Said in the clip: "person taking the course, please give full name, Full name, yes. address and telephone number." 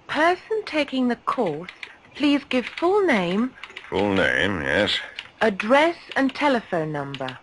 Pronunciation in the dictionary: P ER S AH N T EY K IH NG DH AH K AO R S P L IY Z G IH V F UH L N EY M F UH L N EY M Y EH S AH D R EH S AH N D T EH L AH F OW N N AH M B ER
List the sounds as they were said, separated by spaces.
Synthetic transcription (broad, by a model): P ER S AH N T EY K IH NG DH AH K AO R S P L IY Z G IH V F UH L N EY M F UH L N EY M Y EH S AH D R EH S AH N T EH L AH F OW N N AH M B ER